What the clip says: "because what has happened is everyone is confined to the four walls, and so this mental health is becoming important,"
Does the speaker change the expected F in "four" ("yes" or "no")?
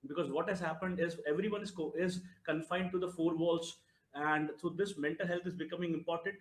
no